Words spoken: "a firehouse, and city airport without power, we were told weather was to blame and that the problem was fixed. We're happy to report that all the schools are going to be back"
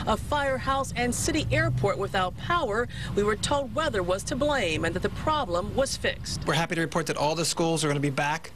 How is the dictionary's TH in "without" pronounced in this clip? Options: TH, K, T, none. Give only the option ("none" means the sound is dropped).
TH